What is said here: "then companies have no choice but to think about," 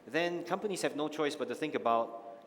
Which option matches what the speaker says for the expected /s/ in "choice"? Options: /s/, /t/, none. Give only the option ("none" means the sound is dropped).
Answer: /s/